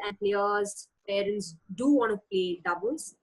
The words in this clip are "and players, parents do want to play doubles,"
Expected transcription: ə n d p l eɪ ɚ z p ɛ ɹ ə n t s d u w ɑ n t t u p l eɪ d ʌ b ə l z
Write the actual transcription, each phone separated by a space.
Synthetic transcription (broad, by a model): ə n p l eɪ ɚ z p ɛ ɹ ə n t s d u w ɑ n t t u p l eɪ d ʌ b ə l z